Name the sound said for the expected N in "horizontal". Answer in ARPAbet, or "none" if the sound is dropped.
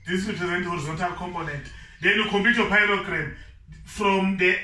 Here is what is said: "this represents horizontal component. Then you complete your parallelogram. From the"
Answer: N